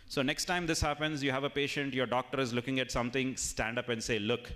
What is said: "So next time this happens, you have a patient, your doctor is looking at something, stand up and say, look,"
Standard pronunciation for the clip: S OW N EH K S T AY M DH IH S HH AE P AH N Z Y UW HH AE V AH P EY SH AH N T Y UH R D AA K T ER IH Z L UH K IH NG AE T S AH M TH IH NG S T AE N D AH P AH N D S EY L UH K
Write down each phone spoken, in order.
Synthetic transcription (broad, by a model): S OW N EH K S T AY M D IH S HH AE P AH N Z Y UW HH AE V AH P EY SH AH N T Y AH R D AA K T ER IH Z L UH K IH NG AE T S AH M T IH NG S T AE N D AH P AH N D S EY L UH K